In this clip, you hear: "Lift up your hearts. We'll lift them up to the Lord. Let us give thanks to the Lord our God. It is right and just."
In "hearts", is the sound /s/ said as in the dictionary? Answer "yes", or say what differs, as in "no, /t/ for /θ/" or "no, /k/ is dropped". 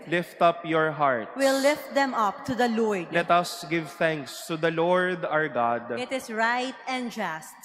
no, /s/ is dropped